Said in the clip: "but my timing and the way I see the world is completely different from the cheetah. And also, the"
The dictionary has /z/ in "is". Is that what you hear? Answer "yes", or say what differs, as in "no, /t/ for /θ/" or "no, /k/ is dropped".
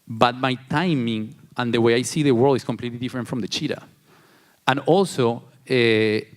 no, /s/ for /z/